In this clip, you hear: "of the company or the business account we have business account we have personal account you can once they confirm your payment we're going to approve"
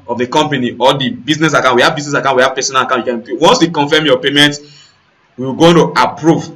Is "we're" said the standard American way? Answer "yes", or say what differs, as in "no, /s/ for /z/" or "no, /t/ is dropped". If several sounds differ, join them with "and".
no, /w/ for /ɹ/